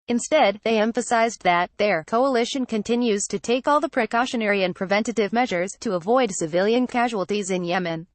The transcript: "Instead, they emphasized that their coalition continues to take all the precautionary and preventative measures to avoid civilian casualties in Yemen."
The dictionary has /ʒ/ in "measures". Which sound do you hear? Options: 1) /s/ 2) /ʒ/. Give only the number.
2